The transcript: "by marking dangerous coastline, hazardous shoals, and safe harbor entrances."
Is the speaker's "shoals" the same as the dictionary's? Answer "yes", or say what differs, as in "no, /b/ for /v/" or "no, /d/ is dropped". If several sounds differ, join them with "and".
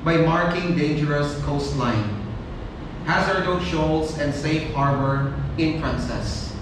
no, /s/ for /z/